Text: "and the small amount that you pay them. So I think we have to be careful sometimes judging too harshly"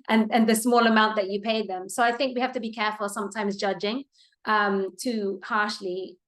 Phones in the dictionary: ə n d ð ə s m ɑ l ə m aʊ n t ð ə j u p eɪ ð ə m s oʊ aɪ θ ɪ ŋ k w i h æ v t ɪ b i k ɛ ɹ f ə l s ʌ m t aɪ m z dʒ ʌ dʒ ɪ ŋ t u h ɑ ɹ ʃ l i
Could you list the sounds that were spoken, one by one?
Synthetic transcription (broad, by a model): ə n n ð ə s m ɑ l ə m aʊ n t ð ə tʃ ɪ p eɪ ð ə m s oʊ aɪ θ ɪ ŋ k w i h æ f t ɪ b i k ɛ ɹ f ə l s ʌ m t aɪ m z dʒ ʌ dʒ ɪ ŋ t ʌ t ɑ ɹ ʃ l i